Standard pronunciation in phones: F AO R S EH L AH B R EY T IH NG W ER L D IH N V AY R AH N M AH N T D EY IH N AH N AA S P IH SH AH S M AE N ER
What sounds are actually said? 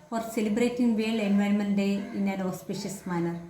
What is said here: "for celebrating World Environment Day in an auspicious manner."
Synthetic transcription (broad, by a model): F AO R S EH L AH B R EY T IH NG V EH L IH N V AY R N M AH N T D EY IH N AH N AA S P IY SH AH S M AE N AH